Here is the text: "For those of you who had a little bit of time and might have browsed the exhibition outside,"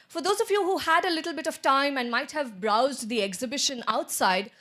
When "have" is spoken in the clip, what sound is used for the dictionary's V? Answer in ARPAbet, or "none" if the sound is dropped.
V